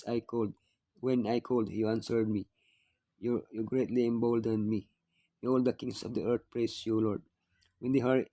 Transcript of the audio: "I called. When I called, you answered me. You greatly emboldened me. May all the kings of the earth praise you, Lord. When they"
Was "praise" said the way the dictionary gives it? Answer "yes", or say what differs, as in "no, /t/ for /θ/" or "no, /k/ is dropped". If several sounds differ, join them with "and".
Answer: no, /s/ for /z/